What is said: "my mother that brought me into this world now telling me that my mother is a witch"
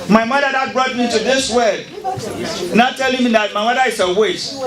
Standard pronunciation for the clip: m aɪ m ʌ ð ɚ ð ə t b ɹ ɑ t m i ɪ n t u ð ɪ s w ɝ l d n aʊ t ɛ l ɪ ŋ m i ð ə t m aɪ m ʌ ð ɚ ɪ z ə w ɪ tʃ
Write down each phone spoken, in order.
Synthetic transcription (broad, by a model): m aɪ m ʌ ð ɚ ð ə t b ɹ ɑ t m i ɪ n t u ð ɪ s w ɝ d n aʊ t ɛ l ɪ ŋ m i ð ə t m aɪ m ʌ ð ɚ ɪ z ə w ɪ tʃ